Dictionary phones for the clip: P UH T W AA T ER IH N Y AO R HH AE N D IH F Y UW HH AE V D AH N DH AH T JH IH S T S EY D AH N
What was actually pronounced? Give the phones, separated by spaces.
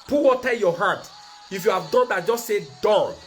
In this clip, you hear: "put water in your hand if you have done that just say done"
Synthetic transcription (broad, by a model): P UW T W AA T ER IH L Y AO HH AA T IH F Y UW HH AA V D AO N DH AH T JH IH S T S EY D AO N